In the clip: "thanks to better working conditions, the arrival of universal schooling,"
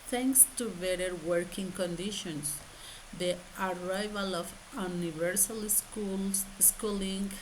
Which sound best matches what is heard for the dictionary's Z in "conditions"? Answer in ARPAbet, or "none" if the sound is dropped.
S